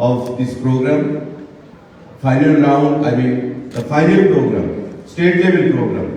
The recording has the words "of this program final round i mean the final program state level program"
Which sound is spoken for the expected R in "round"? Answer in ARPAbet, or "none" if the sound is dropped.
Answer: L